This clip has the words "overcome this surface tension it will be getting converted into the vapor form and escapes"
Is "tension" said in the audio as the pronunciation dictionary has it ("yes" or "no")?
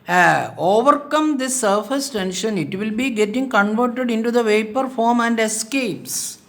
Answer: yes